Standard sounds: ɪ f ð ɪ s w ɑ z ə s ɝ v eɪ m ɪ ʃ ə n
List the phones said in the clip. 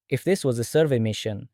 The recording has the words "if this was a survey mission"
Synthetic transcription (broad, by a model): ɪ f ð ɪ s w ɑ z ə s ɝ v eɪ m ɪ ʃ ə n